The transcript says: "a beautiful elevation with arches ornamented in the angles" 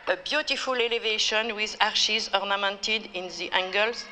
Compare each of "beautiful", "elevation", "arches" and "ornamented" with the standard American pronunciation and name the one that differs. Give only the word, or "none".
arches